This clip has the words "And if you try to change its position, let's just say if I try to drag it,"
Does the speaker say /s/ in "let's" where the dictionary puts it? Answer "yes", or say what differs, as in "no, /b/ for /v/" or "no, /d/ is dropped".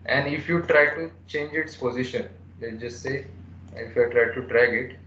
no, /s/ is dropped